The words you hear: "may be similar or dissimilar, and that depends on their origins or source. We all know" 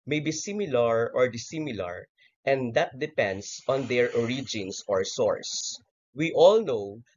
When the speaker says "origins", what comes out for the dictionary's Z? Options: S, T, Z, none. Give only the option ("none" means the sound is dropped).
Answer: S